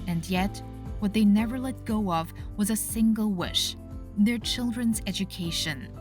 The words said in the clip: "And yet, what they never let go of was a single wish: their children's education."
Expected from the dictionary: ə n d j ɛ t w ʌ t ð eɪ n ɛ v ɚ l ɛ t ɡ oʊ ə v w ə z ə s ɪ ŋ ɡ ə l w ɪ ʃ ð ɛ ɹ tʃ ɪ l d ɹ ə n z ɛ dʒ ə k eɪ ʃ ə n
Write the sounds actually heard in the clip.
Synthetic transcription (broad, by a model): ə n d j ɛ t w ʌ t ð eɪ n ɛ v ɚ l ɛ t ɡ oʊ ə v w ə z ə s ɪ ŋ ɡ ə l w ɪ ʃ ð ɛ ɹ tʃ ɪ l d ɹ ə n z ɛ dʒ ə k eɪ ʃ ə n